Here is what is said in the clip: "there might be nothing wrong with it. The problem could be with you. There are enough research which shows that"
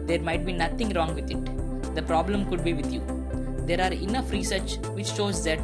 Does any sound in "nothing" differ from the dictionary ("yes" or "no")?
yes